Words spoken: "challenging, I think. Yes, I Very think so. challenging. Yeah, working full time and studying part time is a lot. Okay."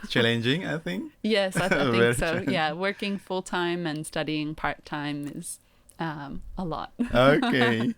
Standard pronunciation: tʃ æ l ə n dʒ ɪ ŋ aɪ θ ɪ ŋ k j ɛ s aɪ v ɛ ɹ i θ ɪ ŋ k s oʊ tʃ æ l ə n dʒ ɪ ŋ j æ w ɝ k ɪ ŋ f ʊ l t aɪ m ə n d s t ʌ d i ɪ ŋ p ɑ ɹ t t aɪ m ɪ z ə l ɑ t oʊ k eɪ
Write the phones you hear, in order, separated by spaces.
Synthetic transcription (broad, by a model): tʃ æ l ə n dʒ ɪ ŋ aɪ θ ɪ ŋ k j ɛ s aɪ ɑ i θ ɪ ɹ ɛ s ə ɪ j æ w ɝ k ɪ ŋ f ʊ l t aɪ m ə n s t ʌ d i ɪ ŋ p ɑ ɹ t t aɪ m ɪ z ə l ɑ t oʊ k eɪ